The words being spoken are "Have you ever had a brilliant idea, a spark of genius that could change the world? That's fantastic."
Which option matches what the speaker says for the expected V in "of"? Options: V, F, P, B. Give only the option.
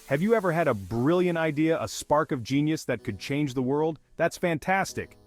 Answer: V